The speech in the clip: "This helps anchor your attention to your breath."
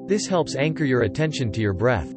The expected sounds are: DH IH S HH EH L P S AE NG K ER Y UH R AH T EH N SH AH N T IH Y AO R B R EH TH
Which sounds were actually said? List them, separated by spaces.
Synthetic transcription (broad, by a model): DH IH S HH EH L P S AE NG K ER Y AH R AH T EH N SH AH N T IH Y AO R B R EH TH